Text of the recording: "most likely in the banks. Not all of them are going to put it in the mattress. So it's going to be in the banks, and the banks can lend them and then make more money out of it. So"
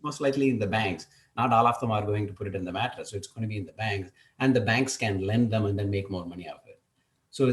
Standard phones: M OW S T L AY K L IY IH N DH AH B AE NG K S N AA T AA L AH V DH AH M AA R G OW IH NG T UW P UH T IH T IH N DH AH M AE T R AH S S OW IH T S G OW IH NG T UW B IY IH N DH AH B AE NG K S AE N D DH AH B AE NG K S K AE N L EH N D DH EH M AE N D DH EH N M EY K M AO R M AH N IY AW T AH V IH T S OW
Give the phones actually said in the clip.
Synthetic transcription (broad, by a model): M OW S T L AY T L IY IH N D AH B AE NG K S N AA T AA L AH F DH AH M AA R G OW IH NG T UW P UH T IH T IH N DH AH M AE T AH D S OW IH T S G OW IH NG T UW B IY IH N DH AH B AE NG K S AE N D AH B AE NG K S K AE N L EH N D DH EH M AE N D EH N M EY K M AO R M AH N IY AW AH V IH T S OW